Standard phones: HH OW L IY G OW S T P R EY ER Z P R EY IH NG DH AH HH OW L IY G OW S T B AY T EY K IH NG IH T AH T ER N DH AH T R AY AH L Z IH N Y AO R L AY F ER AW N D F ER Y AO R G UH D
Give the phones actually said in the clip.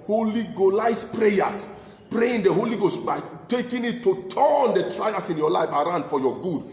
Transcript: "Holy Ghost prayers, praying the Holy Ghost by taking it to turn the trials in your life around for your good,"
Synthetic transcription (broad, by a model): HH OW L IY G OW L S P R EY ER S P R EY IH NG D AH HH OW L IY G OW S T B AY T EY K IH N IH T AH T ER N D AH T R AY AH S IH N Y AO L AY F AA AW N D F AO Y AO G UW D